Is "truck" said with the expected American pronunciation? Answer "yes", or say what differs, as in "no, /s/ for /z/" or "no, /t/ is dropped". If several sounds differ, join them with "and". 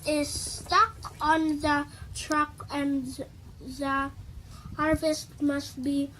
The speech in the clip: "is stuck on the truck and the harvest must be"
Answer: yes